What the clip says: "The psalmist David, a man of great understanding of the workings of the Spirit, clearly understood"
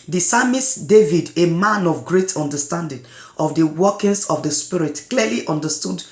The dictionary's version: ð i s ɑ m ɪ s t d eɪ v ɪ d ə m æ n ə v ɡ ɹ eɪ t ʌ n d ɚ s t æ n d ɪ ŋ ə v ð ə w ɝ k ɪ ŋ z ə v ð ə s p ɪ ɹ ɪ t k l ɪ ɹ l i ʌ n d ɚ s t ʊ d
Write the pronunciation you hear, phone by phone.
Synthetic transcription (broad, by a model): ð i s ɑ m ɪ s d eɪ v ɪ d ə m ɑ n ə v ɡ ɹ eɪ t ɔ n d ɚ s t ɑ n d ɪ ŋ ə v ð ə w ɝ k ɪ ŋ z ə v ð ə s p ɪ ɹ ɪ t k l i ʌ l i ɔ n d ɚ s t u d